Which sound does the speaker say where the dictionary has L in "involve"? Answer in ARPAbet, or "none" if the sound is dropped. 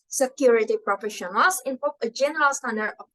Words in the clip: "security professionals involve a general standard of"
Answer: none